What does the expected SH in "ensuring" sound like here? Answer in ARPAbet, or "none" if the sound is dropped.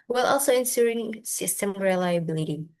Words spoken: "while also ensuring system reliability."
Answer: S